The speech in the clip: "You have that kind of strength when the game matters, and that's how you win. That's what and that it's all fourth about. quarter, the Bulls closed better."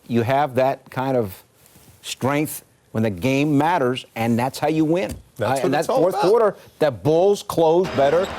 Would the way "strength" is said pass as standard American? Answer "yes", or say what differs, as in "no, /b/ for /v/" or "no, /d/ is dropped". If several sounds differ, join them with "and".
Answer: yes